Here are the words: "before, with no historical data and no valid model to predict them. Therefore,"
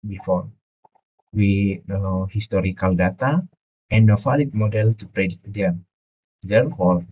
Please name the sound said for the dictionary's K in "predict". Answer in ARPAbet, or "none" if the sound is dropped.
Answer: none